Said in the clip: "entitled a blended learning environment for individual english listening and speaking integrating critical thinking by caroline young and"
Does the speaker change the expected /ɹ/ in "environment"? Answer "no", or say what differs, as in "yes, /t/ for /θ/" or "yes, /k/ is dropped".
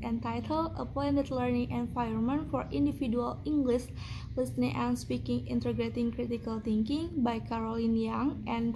yes, /ɹ/ is dropped